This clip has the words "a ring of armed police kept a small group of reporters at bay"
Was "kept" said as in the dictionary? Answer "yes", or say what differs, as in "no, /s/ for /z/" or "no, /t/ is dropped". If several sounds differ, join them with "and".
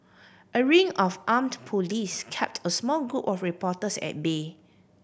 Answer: yes